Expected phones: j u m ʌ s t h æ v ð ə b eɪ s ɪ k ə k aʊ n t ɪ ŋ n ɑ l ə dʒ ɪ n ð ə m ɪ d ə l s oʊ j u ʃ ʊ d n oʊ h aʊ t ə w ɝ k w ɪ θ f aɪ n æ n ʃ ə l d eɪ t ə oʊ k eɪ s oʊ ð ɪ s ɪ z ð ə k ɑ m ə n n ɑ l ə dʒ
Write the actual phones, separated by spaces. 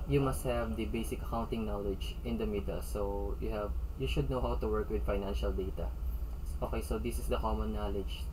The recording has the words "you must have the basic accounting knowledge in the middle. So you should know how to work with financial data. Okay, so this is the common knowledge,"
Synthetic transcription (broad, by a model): j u m ʌ s t h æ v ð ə b eɪ s ɪ k ə k aʊ n t ɪ ŋ n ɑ l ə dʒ ɪ n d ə m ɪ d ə s oʊ j u ʃ ʊ d n oʊ h aʊ t ə w ɝ k w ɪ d f aɪ n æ n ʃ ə l d eɪ t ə oʊ k eɪ s oʊ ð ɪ s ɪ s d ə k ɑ m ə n n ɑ l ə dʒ